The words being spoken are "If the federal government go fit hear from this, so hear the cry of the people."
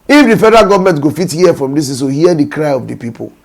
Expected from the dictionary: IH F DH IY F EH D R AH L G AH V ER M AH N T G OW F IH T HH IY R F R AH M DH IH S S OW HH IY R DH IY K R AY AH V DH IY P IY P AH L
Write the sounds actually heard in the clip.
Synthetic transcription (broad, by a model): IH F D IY F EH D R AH G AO V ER M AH N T G OW F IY T HH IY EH F R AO M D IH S S OW HH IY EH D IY K R AY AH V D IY P IY P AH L